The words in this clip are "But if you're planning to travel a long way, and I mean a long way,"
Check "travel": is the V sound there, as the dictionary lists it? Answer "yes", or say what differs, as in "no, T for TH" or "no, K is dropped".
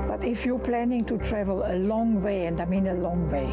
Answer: yes